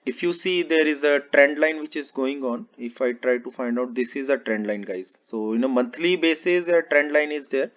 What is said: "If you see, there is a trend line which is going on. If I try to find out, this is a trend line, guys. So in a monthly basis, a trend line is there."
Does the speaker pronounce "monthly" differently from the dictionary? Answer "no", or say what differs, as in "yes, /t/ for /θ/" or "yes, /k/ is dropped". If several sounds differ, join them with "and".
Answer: yes, /t/ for /θ/